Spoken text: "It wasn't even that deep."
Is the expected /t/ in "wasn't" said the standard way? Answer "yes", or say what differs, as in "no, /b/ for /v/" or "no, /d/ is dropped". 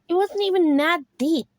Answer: yes